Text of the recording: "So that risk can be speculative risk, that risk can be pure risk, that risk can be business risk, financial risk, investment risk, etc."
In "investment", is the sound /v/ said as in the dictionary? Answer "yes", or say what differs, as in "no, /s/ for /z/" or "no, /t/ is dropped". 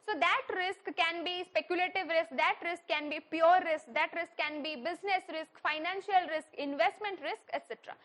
yes